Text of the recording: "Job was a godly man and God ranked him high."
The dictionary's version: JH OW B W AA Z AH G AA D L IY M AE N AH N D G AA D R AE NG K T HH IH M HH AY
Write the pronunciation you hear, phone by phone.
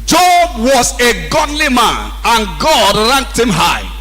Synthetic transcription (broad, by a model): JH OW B W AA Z AH G AA D L IY M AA N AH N G AA D R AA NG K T HH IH M HH AY